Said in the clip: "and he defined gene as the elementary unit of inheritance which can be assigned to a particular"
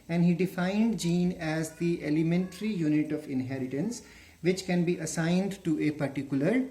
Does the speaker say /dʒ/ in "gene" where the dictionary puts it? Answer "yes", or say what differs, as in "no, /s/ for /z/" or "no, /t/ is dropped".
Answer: yes